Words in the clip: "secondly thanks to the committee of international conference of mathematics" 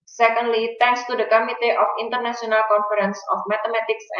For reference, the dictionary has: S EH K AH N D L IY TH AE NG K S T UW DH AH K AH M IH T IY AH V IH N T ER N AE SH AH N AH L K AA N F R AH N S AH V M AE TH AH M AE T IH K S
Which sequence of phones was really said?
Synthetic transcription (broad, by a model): S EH K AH N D L IY T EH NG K S T UW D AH K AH M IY T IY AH F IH N T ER N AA S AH N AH L K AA N F R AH N S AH F M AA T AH M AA T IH K S